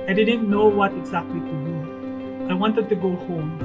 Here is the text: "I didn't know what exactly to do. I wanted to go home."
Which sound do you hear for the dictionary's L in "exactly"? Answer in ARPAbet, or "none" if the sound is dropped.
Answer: L